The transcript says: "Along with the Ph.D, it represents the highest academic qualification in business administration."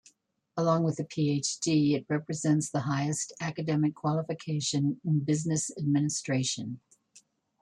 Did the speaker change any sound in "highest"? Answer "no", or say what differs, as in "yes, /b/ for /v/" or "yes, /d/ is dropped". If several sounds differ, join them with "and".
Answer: no